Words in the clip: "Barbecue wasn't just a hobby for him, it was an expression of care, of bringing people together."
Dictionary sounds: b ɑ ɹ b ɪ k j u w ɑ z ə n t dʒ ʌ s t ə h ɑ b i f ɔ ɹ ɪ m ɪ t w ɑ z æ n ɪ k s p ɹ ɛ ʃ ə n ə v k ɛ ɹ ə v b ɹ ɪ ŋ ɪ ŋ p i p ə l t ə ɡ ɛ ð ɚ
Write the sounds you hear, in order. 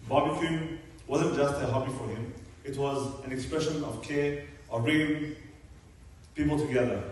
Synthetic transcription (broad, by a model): b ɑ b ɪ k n w ɑ z ə n t dʒ ʌ s t ə h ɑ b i f ɔ ɹ ɪ m ɪ t w ɑ z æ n ɪ k s p ɹ ɛ ʃ ə n ə v k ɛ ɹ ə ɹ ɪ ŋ p i p ə l t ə ɡ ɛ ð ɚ